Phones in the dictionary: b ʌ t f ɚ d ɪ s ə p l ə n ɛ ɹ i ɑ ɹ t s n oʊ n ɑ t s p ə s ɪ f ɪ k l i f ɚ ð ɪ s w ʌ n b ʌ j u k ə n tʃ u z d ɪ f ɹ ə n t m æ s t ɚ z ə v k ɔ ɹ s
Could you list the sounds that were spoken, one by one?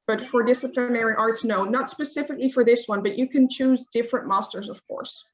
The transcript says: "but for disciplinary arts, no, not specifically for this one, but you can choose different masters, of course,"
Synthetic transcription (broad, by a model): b ʌ t f ɚ d ɪ s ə p l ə n ɛ ɹ i ɑ ɹ t s n oʊ n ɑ t s p ə s ɪ f ɪ k l i f ɚ ð ɪ s w ʌ n b ʌ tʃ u k ə n tʃ u z d ɪ f ɹ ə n m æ s t ɚ z ə v k ɔ ɹ s